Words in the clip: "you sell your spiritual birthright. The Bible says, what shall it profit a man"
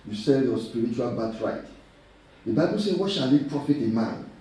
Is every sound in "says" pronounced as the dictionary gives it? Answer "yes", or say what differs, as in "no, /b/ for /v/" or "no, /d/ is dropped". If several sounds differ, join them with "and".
no, /z/ is dropped